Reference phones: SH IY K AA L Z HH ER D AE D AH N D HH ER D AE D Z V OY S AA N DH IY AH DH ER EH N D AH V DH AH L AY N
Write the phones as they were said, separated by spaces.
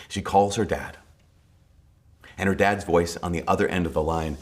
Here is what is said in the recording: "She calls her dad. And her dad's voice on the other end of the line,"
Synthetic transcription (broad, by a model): SH IY K AA L Z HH ER D AE D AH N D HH ER D AE D Z V OY S N DH IY AH DH ER EH N D AH V DH AH L AY N